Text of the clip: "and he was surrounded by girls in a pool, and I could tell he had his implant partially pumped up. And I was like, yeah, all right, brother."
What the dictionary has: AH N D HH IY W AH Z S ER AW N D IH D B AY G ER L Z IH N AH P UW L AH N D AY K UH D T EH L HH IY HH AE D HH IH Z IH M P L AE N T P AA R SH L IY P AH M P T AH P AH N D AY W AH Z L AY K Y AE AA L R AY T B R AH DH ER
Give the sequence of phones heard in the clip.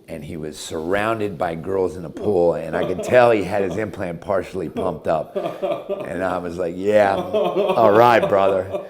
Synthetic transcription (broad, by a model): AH N IY W AH Z S ER AW N D IH D B AY G ER L Z IH N AH P UW L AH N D AY K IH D T EH L IY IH D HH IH Z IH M P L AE N P AA R SH L IY P AH M P T AH P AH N AY W AH Z L AY K Y AE AA L R AY T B R AH DH ER